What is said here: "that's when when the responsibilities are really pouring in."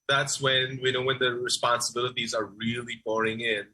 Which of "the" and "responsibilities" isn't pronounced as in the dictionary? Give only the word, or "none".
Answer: none